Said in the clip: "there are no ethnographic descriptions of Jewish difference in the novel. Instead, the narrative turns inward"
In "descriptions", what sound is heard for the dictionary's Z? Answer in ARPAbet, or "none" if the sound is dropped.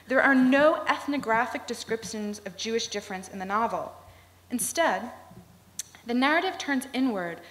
Z